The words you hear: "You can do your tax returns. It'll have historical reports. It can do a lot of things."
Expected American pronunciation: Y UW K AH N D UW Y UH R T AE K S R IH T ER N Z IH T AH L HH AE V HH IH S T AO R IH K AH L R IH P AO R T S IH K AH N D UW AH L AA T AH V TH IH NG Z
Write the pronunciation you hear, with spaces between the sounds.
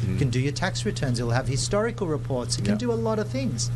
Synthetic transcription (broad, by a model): K AH N D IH Y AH R T AE K S R IH T ER N Z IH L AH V HH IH S T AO R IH K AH L R IH P AO R T S IH K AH N D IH AH L AA T AH V TH IH NG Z